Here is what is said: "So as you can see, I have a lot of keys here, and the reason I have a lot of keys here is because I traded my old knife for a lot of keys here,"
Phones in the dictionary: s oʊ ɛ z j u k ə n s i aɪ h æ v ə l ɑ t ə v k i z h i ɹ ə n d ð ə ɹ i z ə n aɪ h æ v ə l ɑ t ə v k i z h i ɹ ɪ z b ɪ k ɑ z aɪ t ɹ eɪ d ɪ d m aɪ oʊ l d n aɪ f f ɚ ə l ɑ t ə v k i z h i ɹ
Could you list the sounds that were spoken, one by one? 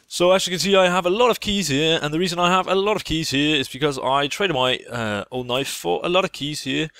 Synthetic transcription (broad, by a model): s oʊ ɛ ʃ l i k ə n s i aɪ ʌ v ə l ɑ t ə v k i z h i ɹ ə n ð ə ɹ i z ə n aɪ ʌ v ə l ɑ t ə v k i z h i ɹ ɪ z b ɪ k ɑ z aɪ t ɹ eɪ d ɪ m aɪ oʊ l d n aɪ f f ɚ ə l ɑ t ə v k i z h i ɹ